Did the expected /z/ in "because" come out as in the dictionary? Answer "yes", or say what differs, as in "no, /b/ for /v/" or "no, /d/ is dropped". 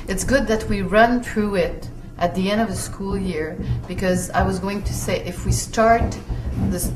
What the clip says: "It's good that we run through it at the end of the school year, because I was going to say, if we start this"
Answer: yes